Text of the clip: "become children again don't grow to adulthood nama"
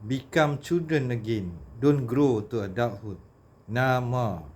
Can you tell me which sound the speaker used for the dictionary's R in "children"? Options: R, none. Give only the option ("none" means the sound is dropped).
none